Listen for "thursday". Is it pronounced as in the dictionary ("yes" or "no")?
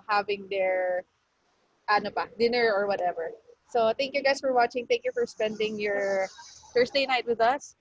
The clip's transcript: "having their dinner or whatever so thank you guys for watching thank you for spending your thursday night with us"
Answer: no